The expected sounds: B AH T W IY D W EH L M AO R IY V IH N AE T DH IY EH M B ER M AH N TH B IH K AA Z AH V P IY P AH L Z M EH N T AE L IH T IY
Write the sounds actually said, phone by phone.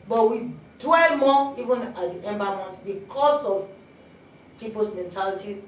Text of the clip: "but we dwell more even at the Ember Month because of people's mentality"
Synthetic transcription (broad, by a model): B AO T W IY D W EH L M AO IY V IH N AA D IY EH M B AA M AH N T B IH K AA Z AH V P IY P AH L S M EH N T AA L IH T IY